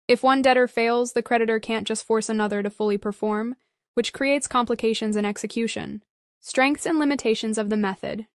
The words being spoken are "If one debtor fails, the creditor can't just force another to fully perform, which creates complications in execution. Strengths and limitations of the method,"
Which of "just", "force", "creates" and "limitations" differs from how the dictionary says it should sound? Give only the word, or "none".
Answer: none